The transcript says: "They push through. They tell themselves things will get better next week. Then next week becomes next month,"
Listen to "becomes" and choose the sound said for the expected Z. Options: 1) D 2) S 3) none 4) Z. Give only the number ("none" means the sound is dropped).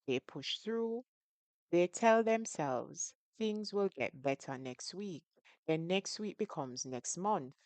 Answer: 4